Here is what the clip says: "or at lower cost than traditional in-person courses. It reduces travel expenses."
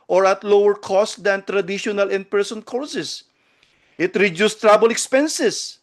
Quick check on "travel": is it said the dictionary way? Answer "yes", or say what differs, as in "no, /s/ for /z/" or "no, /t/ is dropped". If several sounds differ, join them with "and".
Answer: no, /b/ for /v/